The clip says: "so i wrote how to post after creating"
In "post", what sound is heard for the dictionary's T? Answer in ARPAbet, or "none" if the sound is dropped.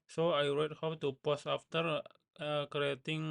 none